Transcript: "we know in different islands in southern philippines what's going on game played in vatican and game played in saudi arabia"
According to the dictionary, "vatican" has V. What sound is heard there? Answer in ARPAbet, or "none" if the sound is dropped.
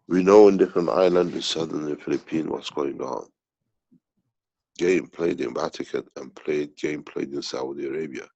B